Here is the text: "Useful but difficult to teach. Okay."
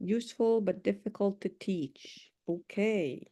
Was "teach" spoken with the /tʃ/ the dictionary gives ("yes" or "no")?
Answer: yes